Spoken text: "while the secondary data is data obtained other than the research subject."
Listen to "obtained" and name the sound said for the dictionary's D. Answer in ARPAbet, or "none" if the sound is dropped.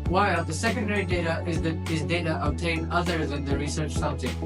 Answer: none